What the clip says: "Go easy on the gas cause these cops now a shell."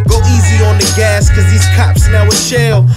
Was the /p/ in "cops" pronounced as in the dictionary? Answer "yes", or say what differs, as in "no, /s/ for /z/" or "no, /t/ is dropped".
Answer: yes